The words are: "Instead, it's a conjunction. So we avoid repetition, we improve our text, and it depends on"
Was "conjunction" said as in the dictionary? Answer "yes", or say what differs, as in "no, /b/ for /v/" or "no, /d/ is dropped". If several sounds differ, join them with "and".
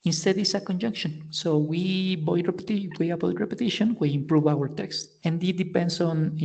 yes